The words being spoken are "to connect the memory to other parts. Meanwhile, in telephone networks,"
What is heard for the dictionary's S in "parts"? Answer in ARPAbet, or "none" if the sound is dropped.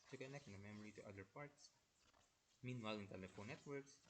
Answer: S